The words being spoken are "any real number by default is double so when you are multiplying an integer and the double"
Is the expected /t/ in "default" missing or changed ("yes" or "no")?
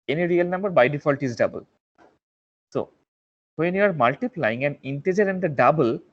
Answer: no